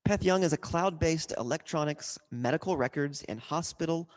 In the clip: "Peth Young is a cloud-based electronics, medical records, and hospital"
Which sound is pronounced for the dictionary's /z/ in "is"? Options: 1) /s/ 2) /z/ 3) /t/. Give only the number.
2